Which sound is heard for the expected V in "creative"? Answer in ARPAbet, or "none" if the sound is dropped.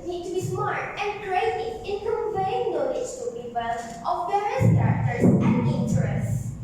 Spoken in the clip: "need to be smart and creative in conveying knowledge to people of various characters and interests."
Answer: none